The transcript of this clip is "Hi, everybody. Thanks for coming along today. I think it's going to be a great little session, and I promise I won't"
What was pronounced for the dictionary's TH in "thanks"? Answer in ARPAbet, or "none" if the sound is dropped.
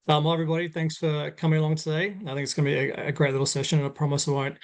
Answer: TH